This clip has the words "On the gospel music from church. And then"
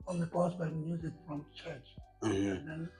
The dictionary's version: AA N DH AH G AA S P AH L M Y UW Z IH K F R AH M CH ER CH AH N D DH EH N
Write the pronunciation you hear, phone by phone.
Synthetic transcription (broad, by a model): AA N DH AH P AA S B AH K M Y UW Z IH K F R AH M CH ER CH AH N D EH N